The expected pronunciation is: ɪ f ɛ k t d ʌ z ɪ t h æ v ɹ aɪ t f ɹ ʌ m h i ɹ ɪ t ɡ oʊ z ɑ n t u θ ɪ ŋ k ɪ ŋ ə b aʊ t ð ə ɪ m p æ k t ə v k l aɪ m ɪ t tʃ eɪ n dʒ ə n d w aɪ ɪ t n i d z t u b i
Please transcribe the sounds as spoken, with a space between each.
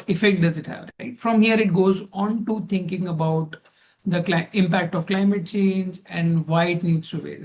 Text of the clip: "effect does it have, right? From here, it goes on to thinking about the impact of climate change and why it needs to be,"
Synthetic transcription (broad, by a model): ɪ f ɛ k t d ʌ z ɪ t h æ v ɹ aɪ t f ɹ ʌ m h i ɹ ɪ t ɡ oʊ z ɑ n t u t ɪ ŋ k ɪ ŋ ə b aʊ t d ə ɪ m p æ k t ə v k l aɪ m ɪ t tʃ eɪ n dʒ ə n d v aɪ ɪ t n i d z t u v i